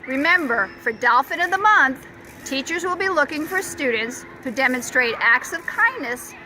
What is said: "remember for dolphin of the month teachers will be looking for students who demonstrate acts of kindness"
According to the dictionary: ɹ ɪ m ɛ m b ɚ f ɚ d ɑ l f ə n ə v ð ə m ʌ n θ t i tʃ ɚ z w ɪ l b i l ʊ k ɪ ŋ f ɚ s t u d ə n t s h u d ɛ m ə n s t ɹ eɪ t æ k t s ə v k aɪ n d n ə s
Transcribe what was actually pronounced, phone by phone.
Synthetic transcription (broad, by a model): ɹ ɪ m ɛ m b ɚ f ɚ d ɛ l f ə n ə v ð ə m ʌ n θ t i tʃ ɚ z w ɪ l b i l ʊ k ɪ ŋ f ɚ s t u d n t s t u d ɛ m ə n s t ɹ eɪ t æ k t s ə v k aɪ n n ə s